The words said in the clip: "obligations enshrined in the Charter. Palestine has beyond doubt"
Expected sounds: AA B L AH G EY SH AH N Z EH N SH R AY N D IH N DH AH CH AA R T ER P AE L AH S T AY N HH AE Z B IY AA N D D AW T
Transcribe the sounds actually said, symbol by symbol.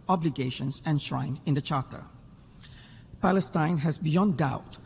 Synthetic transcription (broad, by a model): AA B L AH G EY SH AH N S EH N SH R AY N IH N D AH CH AA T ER P AE L AH S T AY N HH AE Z B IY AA N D D AW T